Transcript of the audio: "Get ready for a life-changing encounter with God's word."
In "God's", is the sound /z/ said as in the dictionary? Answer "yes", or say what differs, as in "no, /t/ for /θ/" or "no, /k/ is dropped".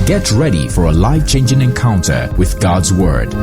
yes